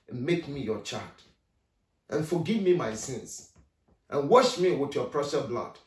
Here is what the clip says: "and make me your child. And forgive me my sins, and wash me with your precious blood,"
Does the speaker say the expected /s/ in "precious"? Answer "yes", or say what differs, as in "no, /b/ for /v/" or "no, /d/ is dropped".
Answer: no, /s/ is dropped